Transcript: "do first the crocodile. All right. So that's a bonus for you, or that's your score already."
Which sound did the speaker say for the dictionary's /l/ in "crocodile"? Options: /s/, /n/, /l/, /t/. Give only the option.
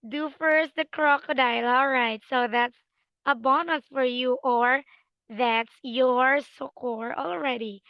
/l/